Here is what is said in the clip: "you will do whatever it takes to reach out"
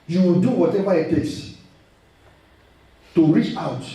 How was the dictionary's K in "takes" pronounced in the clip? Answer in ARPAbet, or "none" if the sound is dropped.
none